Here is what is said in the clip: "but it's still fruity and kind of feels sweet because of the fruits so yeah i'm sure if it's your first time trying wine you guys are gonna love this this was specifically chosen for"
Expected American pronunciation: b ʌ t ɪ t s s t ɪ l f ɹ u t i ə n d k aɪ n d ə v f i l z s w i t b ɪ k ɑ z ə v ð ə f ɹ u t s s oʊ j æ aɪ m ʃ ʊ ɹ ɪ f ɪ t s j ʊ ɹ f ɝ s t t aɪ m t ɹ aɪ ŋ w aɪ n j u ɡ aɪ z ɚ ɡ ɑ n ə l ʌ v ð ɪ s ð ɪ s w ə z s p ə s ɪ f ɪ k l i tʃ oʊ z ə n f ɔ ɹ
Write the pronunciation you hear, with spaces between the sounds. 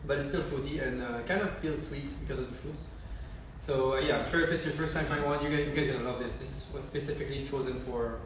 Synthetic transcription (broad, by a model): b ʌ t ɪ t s s t ɪ l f u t i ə n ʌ k aɪ n d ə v f i l s w i t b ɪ k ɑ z ə v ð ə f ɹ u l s s oʊ j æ aɪ m ʃ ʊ ɹ ɪ f ɪ t s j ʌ f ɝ s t t aɪ m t aɪ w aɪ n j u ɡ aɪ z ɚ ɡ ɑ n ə l ʌ v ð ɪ s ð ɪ s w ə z s p ə s ɪ f ɪ k l i tʃ oʊ z ə n f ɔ ɹ